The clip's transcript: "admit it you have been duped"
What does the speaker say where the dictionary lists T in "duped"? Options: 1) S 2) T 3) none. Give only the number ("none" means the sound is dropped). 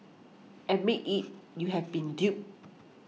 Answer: 3